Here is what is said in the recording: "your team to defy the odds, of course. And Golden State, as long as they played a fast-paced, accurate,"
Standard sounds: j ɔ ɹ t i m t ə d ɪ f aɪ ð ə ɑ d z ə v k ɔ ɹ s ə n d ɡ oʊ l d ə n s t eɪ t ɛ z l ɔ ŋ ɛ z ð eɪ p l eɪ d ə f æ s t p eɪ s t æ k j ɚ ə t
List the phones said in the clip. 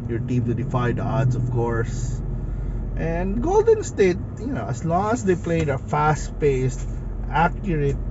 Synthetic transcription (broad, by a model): j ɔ ɹ t i m t ə d ɪ f aɪ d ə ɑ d s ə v k ɔ ɹ s ə n d ɡ oʊ l d ə n s t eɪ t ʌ s l ɔ ŋ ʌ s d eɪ p l eɪ d ə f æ s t p eɪ s t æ k j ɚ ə t